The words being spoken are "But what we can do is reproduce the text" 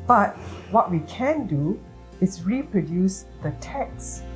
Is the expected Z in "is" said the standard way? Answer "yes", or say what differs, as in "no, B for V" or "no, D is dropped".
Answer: no, S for Z